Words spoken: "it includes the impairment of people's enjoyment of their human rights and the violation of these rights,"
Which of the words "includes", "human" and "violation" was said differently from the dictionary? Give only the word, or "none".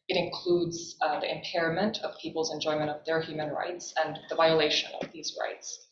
none